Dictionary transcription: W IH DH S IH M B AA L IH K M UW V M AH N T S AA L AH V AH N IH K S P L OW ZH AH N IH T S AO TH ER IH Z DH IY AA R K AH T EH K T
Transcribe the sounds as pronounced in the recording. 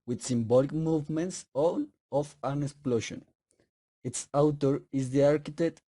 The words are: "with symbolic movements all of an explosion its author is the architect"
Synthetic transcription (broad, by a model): W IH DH S IH M B AA L IH K M UW V M AH N T S AA L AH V AH N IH K S P L OW SH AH N IH T S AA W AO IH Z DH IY AA R K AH T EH K T